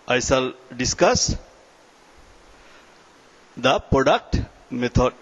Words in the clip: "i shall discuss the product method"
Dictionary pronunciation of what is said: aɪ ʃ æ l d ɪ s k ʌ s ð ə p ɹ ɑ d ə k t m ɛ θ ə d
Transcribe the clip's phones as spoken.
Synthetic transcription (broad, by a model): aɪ s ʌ l d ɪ s k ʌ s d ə p ɹ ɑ d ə k t m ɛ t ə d